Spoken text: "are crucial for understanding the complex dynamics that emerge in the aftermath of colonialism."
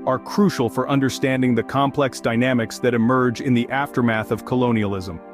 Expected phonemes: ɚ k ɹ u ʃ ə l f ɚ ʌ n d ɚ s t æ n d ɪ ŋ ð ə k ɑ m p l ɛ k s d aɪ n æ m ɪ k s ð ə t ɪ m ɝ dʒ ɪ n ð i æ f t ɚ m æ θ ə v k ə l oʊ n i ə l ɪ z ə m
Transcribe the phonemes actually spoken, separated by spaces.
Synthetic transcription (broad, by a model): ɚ k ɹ u ʃ l f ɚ ʌ n d ɚ s t æ n d ɪ ŋ ð ə k ɑ m p l ɛ k s d aɪ n æ m ɪ k s ð ə t ɪ m ɝ dʒ ɪ n ð i æ f t ɚ m æ θ ə v k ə l oʊ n i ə l ɪ z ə m